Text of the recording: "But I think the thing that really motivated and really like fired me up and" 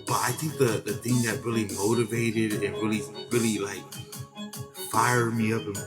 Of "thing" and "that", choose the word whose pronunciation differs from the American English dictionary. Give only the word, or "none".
none